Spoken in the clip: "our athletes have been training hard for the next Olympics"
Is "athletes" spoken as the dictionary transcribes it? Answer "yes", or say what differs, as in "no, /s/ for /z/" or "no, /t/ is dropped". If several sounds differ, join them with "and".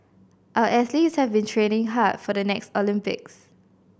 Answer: no, /s/ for /θ/